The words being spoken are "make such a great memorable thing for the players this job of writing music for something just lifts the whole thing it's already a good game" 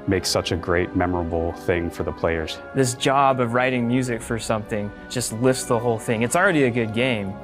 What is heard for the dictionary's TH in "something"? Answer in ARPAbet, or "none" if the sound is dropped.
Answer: TH